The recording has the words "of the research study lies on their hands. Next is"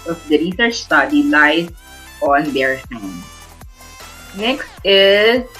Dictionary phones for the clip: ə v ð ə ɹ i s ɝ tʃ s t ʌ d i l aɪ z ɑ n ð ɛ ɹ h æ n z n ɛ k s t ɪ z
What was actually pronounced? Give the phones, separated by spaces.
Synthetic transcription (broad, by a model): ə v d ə ɹ i s ɝ tʃ s t ʌ d i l aɪ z ɑ n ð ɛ ɹ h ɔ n n ɛ k s t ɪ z